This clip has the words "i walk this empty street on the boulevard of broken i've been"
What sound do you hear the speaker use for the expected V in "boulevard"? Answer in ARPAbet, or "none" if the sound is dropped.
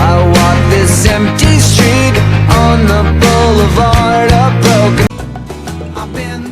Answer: V